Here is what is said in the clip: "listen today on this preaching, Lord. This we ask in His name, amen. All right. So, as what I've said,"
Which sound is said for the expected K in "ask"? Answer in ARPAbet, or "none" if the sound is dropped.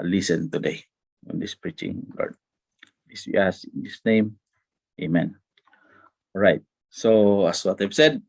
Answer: none